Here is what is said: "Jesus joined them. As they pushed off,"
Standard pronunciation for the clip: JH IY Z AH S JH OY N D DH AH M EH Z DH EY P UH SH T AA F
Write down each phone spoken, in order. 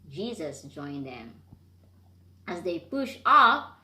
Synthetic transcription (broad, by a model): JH IY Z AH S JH OY N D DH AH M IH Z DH EY P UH SH AA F